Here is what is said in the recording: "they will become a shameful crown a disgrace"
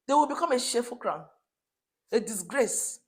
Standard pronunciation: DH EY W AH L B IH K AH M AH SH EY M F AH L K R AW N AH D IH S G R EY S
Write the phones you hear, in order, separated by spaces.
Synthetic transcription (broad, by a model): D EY W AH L B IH K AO M AH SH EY F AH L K R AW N AH D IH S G R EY S